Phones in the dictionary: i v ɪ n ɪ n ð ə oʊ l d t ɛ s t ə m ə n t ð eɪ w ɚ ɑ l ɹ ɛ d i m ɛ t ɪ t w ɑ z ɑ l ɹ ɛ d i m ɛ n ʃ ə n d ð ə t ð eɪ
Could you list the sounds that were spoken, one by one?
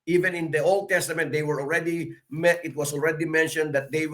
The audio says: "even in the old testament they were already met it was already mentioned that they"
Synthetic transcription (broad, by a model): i v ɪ n ɪ n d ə oʊ l d t ɛ s t ə m ə n t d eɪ w ɚ ɑ l ɹ ɛ d i m ɛ t ɪ t w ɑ s ɑ l ɹ ɛ d i m ɛ n ʃ ə n d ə t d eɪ